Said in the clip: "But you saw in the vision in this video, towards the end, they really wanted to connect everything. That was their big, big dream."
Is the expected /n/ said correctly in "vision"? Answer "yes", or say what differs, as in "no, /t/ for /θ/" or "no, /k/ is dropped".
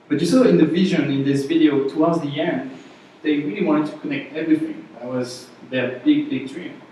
yes